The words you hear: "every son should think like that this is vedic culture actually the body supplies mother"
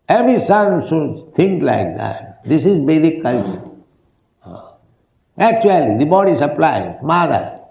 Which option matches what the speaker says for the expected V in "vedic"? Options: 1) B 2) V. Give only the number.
1